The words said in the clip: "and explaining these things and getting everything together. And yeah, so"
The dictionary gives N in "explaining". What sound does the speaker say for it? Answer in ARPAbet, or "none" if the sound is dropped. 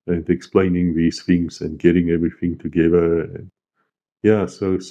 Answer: N